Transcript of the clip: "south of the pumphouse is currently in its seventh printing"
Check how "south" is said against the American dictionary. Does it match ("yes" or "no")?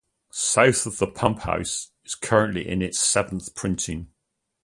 yes